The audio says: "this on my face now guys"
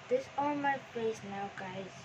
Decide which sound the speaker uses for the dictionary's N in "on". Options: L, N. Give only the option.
L